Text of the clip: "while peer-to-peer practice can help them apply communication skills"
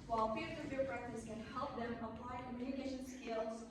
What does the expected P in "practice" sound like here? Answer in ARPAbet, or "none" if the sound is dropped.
B